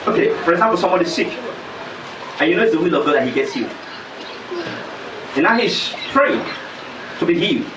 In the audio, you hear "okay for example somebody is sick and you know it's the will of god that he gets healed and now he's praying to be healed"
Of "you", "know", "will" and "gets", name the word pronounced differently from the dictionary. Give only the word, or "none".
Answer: none